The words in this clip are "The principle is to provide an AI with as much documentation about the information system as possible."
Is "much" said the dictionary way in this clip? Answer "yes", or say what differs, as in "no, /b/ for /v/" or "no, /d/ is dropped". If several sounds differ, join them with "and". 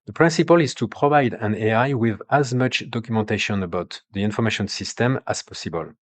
yes